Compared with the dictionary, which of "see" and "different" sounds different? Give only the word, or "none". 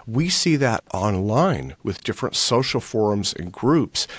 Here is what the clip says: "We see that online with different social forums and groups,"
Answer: none